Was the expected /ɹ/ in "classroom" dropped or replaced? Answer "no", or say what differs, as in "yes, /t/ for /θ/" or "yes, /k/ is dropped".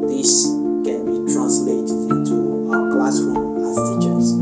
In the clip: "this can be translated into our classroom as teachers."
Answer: yes, /w/ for /ɹ/